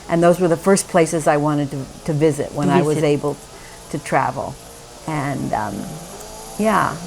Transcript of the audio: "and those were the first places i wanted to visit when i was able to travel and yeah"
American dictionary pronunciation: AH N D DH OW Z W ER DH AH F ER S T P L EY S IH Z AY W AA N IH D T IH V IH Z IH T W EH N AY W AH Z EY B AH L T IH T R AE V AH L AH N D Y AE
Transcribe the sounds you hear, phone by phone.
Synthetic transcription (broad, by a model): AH N DH OW Z W ER DH AH F ER S P L EY S IH Z AY W AA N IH D T IH V IH Z IH T W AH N AY W AH Z EY B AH L T IH T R AE V L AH N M Y AE